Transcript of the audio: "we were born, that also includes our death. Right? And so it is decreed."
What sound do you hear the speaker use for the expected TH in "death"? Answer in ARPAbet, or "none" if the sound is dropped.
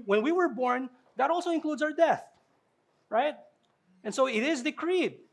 TH